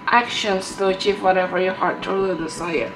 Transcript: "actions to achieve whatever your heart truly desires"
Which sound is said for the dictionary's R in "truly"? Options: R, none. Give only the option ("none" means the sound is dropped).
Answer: none